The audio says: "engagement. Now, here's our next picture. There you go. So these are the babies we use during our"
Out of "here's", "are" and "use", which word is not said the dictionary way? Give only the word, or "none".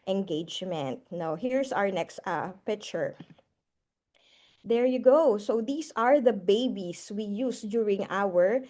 here's